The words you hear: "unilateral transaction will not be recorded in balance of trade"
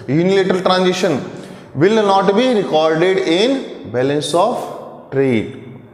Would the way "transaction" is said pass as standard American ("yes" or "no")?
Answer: no